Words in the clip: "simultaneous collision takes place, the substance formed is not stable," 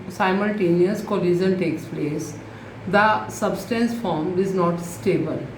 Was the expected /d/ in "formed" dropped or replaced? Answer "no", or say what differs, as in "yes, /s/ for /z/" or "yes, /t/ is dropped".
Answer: yes, /d/ is dropped